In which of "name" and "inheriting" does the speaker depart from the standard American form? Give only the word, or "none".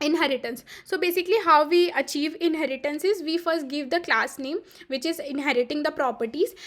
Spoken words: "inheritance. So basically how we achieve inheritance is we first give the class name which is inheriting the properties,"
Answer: none